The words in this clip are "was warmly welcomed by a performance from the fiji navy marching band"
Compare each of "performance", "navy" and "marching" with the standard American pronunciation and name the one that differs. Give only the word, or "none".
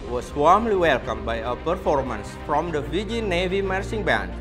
marching